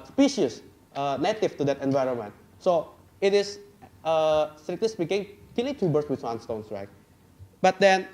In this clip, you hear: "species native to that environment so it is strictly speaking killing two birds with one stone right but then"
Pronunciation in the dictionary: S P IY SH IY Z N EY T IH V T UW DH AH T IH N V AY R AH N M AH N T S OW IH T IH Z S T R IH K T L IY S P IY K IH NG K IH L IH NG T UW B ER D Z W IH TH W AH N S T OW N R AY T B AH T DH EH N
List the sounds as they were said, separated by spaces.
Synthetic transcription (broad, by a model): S P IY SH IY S N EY T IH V T UW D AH T IH N V AY R AH N M AH N T S OW IH T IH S S T R IH K T L IY S P IY K IH NG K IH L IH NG T UW B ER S W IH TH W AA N S T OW N R AY T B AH T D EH N